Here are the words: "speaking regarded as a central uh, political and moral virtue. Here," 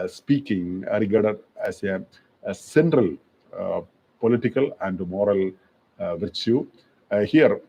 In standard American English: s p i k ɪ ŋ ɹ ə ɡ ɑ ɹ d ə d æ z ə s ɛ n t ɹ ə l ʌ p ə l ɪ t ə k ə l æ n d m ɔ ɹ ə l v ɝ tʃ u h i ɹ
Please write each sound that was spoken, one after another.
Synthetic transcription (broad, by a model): s p i k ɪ ŋ ɹ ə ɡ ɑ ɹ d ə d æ s ə s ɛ n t ɹ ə l p ə l ɪ t ə k ə l æ n d m ɔ ɹ ə l v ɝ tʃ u h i ɹ